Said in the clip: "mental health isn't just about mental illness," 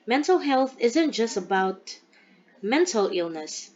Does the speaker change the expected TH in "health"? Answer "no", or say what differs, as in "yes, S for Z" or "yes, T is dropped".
no